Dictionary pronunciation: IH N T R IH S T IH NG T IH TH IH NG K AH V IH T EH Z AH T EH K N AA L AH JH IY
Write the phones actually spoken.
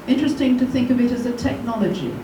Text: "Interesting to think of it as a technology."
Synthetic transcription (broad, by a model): IH N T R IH S T IH NG T IH TH IH NG K AH V IH T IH Z AH T EH K N AA L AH JH IY